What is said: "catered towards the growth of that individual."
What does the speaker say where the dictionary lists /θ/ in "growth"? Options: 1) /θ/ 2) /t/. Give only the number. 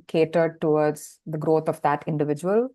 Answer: 2